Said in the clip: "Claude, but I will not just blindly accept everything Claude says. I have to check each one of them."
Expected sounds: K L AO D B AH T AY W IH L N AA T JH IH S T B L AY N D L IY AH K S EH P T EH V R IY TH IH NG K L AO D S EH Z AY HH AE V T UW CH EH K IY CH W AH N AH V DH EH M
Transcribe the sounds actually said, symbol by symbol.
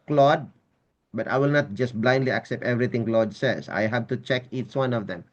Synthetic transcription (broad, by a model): K L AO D B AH T AY W IH L N AA T JH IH S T B L AY N D L IY AH K S EH P T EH V R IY T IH NG K L AO D S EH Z AY HH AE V T UW CH EH K IY CH W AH N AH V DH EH M